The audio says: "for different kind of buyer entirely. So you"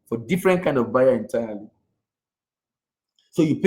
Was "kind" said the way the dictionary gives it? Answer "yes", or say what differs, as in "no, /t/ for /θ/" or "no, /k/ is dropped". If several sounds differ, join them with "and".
yes